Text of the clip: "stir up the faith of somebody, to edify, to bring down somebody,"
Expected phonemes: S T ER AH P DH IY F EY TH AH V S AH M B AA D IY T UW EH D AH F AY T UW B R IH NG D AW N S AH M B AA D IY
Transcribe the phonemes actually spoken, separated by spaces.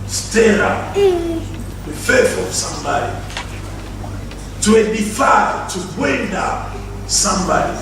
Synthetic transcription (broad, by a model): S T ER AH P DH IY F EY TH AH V S AH M B AA D IY T UW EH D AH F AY T UW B W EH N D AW S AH M B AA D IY